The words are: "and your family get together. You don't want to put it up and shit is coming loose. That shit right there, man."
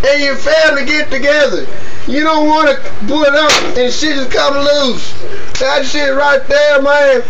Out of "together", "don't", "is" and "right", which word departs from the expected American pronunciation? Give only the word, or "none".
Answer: is